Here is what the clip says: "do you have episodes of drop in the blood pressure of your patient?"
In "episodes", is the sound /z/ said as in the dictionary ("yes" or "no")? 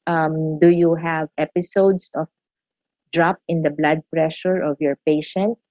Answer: no